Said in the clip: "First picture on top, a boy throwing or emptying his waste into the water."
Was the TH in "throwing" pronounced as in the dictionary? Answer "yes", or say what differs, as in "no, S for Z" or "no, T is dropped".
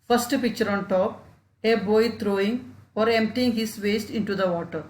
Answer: no, T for TH